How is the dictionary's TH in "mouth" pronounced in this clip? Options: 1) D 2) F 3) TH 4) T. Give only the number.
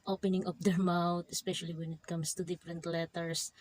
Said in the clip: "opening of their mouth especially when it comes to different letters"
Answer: 4